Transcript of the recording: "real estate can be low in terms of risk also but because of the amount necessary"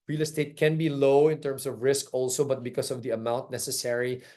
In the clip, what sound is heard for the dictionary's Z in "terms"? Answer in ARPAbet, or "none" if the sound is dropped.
S